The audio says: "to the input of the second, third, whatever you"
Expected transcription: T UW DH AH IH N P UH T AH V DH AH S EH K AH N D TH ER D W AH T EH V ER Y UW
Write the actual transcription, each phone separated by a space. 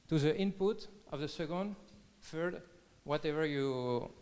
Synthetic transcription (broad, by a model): T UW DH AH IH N P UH T AH V DH AH S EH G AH N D F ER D W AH T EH V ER Y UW